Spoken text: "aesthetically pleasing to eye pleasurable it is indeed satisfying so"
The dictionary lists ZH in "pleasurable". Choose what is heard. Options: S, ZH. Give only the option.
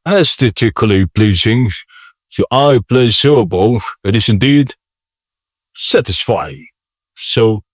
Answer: S